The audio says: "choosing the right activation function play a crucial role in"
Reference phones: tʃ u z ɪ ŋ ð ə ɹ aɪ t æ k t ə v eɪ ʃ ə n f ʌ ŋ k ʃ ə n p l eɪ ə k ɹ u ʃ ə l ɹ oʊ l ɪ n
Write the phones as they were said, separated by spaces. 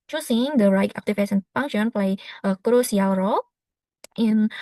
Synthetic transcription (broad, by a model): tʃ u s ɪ ŋ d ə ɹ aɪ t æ k t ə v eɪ s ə n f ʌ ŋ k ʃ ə n p l eɪ ə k ɹ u s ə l ɹ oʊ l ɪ n